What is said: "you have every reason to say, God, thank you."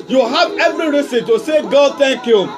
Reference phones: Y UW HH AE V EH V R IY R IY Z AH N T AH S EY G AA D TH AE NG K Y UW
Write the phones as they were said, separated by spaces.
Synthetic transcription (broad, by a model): Y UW HH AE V EH V R IY R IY S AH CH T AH S EY G AA D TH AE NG K Y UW